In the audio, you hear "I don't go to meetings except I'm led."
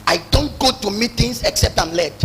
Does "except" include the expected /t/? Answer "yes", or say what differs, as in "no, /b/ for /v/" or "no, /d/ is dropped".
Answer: yes